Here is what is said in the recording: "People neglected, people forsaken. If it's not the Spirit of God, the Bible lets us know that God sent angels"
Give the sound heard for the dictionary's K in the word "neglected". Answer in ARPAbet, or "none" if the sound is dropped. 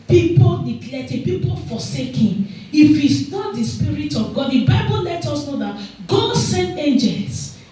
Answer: none